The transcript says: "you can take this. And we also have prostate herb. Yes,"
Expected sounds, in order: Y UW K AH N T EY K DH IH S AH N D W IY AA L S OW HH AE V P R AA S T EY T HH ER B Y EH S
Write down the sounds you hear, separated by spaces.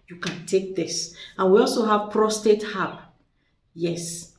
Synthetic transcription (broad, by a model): Y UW K AH N T EY K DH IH S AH N W IY AA L S OW HH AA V P R AA S T EY T HH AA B Y EH S